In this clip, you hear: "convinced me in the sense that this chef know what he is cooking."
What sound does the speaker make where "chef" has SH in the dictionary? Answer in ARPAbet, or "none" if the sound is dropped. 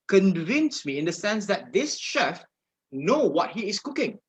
SH